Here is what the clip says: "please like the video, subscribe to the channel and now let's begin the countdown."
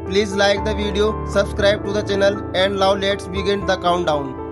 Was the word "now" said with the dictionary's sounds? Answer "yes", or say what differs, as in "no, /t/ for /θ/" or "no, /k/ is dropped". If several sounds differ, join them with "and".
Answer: no, /l/ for /n/